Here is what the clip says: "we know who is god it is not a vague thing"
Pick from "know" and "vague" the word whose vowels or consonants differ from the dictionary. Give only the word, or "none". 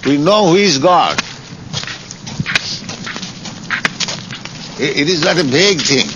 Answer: vague